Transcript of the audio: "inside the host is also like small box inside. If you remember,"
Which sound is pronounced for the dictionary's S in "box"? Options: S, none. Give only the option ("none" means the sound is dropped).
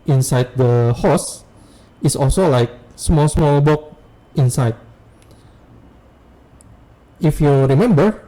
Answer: none